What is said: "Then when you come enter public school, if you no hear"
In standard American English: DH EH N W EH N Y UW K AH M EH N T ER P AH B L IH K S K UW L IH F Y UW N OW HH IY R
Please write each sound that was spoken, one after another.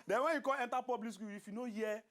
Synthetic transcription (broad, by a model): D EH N W EH N Y UW K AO EH N T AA P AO B L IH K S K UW IH F Y UW N OW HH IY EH